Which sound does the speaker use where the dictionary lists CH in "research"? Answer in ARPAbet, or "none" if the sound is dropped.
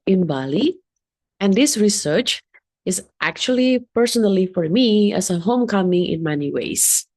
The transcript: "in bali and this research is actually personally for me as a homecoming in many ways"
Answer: CH